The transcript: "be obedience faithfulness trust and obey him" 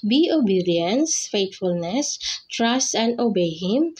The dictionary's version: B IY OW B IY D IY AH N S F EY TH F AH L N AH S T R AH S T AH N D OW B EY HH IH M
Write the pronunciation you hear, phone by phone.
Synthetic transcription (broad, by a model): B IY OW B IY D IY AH N S F EY T F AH L N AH S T R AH S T AH N D OW B EY HH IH M